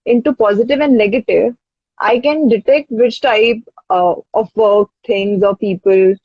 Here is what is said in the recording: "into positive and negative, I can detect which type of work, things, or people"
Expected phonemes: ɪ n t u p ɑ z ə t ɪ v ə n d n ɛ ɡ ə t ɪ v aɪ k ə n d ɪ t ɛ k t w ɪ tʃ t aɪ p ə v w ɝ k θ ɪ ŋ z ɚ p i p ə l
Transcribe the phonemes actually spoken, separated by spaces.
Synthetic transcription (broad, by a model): ɪ n t u p ɑ z ə t ɪ v ə n d n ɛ ɡ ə t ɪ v aɪ k ə n d ɪ t ɛ k t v ɪ tʃ t aɪ p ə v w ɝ k t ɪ ŋ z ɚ p i p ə l